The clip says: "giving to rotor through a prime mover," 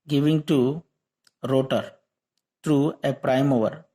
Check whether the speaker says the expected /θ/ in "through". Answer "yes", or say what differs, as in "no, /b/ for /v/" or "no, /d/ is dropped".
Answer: no, /t/ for /θ/